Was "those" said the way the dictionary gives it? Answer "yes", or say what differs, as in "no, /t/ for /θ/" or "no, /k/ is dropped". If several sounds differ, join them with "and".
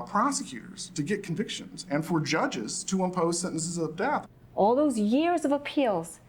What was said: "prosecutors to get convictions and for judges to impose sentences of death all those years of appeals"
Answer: yes